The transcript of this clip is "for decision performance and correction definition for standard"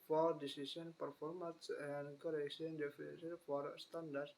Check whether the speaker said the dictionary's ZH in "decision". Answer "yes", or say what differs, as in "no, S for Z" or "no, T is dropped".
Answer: no, S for ZH